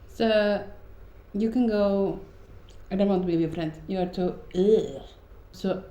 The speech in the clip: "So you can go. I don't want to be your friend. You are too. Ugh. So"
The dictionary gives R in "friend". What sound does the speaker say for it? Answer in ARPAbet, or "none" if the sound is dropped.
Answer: R